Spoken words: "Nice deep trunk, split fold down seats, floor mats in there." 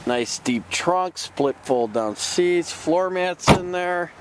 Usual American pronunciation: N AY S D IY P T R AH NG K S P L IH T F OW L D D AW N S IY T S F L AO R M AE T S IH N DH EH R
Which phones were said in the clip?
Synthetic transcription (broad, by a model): N AY S D IY P T R AH NG K S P L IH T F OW L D D AW N S IY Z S F L AO R M AE T S IH N DH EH R